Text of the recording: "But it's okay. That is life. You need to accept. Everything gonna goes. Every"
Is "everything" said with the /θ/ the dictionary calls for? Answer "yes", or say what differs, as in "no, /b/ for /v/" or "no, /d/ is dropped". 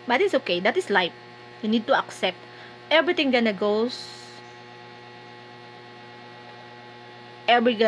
no, /t/ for /θ/